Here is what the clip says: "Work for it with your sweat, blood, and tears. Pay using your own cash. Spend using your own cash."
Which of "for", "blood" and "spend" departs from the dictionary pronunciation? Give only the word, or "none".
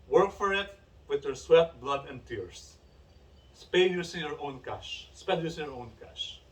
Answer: spend